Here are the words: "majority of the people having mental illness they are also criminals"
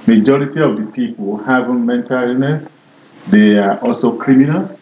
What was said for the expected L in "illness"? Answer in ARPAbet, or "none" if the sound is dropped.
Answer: none